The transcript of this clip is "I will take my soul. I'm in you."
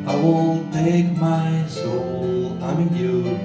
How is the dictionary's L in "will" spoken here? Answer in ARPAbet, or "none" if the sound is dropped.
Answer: N